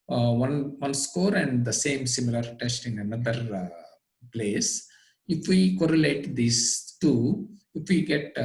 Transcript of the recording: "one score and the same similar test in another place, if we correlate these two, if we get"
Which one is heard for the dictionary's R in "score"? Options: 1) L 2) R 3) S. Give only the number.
2